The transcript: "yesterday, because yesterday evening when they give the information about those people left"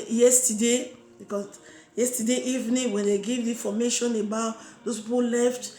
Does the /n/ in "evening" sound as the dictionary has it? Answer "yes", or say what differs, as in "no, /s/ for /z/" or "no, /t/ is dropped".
yes